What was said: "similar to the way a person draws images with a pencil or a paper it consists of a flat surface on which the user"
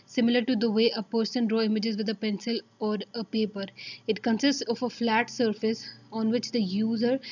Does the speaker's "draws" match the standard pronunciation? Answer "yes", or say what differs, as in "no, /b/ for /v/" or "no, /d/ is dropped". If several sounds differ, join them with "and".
no, /z/ is dropped